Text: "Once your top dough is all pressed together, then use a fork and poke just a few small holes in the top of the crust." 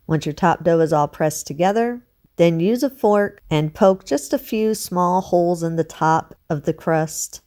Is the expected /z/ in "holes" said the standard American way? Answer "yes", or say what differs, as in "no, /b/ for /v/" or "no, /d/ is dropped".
yes